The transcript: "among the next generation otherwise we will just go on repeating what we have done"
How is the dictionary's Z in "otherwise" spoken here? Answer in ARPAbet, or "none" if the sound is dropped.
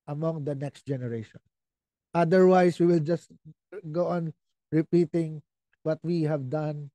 S